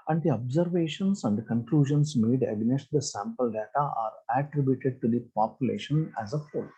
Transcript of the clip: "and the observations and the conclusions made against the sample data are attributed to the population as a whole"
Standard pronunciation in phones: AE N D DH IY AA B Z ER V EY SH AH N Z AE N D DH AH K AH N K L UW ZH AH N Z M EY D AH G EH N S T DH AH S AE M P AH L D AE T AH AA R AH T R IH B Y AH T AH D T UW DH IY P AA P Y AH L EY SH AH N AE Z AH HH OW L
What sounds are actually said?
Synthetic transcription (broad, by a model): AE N D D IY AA B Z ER V EY SH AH N S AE N D K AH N K L UW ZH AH N S M EY D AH G N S T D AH S AE M P AH L D AE T AH AA R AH T R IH B Y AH T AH D T UW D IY P AA P Y AH L EY SH AH N AE Z AH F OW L